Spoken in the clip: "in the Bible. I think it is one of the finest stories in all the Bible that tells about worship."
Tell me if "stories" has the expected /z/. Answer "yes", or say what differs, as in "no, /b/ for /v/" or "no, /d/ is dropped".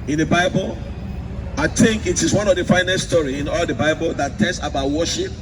no, /z/ is dropped